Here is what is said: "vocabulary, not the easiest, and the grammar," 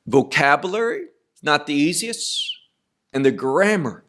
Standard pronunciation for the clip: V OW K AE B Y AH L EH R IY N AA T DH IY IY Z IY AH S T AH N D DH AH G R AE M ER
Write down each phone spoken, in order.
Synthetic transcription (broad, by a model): V OW K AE B Y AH L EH R IY N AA T DH IY IY Z IY AH S T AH N DH AH G R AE M ER